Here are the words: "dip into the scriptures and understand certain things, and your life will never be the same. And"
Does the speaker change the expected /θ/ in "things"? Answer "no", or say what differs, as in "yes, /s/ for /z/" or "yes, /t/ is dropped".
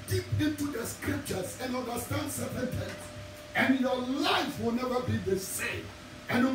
yes, /t/ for /θ/